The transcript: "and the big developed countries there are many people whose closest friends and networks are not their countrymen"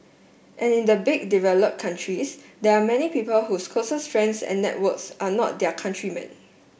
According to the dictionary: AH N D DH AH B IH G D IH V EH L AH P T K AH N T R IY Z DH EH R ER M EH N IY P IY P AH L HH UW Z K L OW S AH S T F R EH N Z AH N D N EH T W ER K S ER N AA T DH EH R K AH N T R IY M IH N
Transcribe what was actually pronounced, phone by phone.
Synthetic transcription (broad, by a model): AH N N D AH B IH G D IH V EH L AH P K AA N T R IY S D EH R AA M EH N IY P IY P AH L HH UW S K OW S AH S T R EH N S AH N N EH T W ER K S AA N AA T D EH K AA N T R IY M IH N